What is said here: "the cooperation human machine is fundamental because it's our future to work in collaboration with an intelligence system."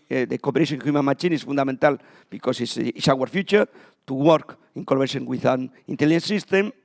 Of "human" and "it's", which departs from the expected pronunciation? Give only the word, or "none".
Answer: it's